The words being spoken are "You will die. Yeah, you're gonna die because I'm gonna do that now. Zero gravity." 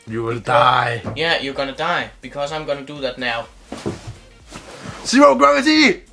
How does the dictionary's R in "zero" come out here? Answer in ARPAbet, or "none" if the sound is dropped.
W